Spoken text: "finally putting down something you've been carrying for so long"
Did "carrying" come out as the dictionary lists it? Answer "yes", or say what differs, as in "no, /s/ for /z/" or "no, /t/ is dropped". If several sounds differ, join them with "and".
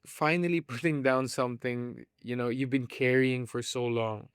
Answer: yes